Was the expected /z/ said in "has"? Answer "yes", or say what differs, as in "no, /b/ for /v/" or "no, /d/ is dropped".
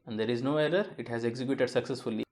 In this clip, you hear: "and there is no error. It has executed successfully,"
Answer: yes